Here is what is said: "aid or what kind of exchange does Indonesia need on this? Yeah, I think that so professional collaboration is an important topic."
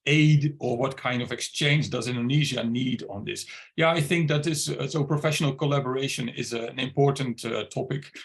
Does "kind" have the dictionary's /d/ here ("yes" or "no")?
yes